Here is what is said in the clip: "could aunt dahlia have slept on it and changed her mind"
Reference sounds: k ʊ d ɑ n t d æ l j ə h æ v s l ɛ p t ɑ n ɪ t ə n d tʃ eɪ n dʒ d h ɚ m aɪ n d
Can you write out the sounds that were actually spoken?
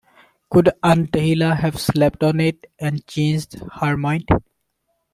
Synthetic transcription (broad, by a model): k ʊ d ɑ n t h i l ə h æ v s l ɛ p t ɑ n ɪ t ə n d tʃ eɪ n dʒ d h ɚ m aɪ n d